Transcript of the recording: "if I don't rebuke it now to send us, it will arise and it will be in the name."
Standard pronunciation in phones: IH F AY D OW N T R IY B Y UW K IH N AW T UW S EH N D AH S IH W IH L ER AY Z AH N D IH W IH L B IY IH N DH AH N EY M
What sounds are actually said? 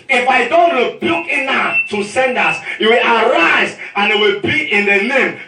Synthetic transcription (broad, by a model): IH F AY D OW N T R IY B Y UW K IH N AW T UW S EH N D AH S IH W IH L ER AY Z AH N IH W IH L B IY IH N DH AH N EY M